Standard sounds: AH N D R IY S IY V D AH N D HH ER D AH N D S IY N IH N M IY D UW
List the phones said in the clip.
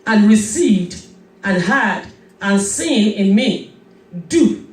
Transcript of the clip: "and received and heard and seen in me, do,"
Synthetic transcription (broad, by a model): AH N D R IY S IY V D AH N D HH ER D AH N S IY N IH N M IY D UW